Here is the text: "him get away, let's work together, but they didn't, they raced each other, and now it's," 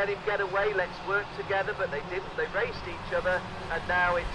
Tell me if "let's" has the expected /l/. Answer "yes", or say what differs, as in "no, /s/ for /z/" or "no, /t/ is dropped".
yes